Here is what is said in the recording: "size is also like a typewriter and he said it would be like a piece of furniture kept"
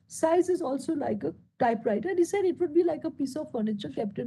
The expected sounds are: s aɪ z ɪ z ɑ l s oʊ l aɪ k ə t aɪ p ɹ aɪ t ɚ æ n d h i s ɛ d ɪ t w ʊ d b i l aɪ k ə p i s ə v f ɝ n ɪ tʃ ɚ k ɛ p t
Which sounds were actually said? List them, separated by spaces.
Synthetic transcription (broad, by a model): s aɪ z ɪ z ɑ l s oʊ l aɪ k ə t aɪ p ɹ aɪ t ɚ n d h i s ɛ d ɪ t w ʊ d b i l aɪ k ə p i s ə v f ɝ n ɪ tʃ ɚ k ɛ p t